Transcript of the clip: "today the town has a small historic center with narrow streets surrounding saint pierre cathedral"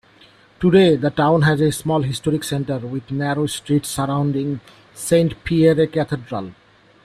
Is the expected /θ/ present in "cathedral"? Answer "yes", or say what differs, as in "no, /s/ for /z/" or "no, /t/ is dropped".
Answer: no, /t/ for /θ/